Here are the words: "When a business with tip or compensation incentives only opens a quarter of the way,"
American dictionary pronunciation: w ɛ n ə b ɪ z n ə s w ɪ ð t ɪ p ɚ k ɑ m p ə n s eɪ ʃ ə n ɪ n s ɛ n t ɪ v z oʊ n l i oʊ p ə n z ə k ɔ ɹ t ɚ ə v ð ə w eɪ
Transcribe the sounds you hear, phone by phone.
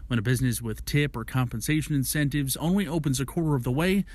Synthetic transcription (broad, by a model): w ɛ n ə b ɪ z n ə s w ɪ ð t ɪ p ɚ k ɑ m p ə n s eɪ ʃ ə n ɪ n s ɛ n t ɪ v z oʊ n l i oʊ p ə n z ə k ɔ ɹ t ɚ ə v ð ə w eɪ